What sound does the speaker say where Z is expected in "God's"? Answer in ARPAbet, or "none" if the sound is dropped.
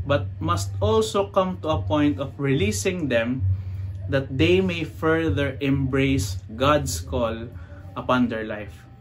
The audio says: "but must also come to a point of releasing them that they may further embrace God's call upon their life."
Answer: S